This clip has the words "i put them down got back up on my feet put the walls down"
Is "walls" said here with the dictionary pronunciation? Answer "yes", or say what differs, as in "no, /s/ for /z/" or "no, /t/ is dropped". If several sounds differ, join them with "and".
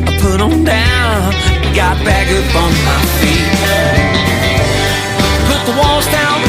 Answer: yes